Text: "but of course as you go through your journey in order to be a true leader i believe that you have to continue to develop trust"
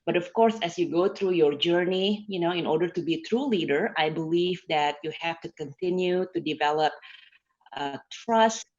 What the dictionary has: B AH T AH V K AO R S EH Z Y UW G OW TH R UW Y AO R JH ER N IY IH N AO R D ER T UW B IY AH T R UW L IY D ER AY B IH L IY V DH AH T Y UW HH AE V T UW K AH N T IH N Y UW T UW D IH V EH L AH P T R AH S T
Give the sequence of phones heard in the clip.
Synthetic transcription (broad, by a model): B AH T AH F K AO R S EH S Y UW G OW T R UW Y AO R JH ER N IY IH N AO R D ER T UW B IY T R UW L IY D ER AY B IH L IY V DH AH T Y UW HH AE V T UW K AH N T IH N Y UW T UW D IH V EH L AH P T R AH S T